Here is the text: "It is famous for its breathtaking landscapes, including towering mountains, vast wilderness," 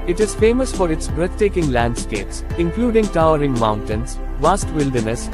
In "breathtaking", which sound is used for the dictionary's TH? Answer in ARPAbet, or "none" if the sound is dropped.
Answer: T